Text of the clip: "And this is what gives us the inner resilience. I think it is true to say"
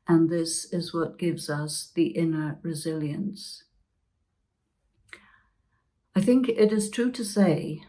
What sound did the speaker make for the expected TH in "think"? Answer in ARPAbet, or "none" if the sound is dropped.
TH